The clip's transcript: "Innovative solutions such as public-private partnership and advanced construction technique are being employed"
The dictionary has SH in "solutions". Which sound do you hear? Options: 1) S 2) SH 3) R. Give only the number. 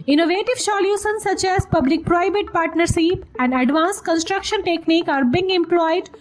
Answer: 1